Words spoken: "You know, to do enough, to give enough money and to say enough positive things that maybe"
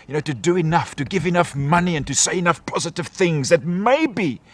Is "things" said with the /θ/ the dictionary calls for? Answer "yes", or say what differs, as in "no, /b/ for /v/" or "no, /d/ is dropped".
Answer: yes